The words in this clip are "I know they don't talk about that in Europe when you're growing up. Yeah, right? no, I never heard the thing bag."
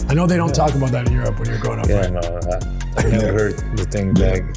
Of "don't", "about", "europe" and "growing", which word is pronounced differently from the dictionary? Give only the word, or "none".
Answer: growing